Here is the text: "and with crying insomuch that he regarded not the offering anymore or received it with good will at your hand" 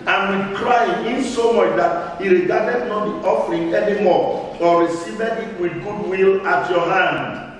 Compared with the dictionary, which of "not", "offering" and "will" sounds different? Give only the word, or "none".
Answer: none